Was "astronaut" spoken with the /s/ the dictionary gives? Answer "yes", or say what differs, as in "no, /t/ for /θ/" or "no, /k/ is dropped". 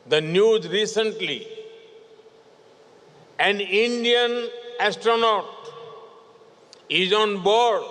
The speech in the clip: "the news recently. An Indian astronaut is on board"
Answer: yes